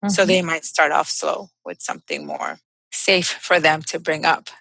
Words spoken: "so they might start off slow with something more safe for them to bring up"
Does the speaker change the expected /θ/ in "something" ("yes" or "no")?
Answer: no